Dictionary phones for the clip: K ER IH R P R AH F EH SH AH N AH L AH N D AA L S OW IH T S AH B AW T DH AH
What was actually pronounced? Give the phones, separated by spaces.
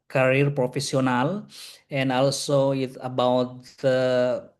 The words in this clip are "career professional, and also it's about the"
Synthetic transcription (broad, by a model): K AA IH R P R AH F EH S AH N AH L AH N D AA L S OW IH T AH B AW T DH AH